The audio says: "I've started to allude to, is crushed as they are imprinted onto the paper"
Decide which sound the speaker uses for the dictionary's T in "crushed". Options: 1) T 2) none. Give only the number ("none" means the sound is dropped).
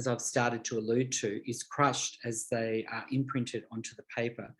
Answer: 1